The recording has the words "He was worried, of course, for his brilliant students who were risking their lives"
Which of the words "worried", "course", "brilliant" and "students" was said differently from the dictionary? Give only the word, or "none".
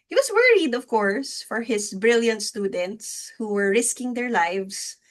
none